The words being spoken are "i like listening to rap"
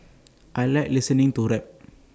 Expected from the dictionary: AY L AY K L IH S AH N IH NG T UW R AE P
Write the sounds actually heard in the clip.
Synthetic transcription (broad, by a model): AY L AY L IH S AH N IH NG T UW R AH